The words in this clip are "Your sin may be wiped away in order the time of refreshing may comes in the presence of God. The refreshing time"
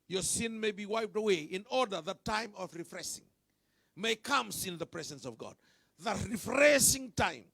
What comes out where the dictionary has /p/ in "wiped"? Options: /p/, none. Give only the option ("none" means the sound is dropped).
/p/